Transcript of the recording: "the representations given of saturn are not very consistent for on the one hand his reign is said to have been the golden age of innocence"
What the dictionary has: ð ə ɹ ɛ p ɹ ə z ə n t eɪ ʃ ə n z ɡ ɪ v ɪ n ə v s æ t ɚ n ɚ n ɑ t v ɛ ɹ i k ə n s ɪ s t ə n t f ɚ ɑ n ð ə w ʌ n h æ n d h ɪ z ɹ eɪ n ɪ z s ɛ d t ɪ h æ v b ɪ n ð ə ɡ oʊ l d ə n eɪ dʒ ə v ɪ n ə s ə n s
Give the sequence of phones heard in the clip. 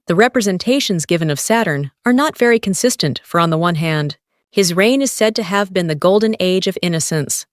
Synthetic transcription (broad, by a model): ð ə ɹ ɛ p ɹ ə z ə n t eɪ ʃ ə n z ɡ ɪ v ɪ n ə v s æ t ɚ n ɚ n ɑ t v ɛ ɹ i k ə n s ɪ s t ə n t f ɚ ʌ n ð ə w ʌ n h æ n d h ɪ z ɹ eɪ n ɪ z s ɛ d t ɪ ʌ v b ɪ n ð ə ɡ oʊ l d n eɪ dʒ ə v ɪ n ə s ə n s